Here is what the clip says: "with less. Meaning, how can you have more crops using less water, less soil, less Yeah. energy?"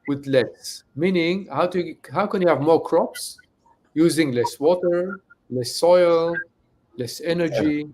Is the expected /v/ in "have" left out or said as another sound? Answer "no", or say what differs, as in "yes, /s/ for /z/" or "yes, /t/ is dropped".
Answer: no